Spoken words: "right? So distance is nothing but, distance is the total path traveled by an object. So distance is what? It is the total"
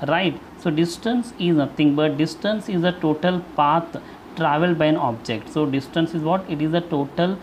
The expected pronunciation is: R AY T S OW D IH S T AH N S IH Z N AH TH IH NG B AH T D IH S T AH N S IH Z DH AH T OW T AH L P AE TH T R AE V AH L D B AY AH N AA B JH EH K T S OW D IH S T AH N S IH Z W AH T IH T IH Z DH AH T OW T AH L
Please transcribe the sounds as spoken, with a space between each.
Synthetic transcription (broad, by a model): R AY T S OW D IH S T AH N S IH Z N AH T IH NG B AH T D IH S T AH N S IH Z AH T OW T AH L P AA T T R AE V AH L D B AY AH N AA B JH EH K T S OW D IH S T AH N S IH Z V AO T IH T IH Z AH T OW T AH L